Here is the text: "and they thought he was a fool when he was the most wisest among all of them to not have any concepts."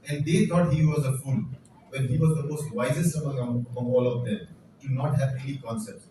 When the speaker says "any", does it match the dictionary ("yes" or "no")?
no